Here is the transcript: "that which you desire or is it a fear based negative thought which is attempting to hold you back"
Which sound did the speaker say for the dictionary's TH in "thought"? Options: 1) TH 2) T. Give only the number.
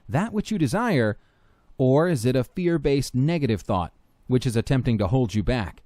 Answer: 1